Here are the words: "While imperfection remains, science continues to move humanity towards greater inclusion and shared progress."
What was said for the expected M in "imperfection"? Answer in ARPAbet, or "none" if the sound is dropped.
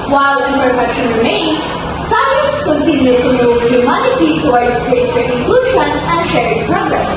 none